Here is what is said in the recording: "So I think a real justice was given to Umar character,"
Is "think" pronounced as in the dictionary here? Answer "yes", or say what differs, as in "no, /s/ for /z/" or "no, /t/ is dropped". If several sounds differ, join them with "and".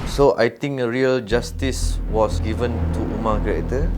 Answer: no, /t/ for /θ/